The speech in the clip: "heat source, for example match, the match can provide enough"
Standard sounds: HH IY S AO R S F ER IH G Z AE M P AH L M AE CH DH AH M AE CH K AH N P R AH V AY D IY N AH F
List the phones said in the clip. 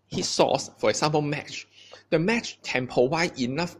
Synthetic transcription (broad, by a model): HH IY S AO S F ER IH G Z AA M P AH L M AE CH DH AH M AE CH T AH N P AH W AY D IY N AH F